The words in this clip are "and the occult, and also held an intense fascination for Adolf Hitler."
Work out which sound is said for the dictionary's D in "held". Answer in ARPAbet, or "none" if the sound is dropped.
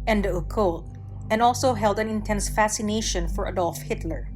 D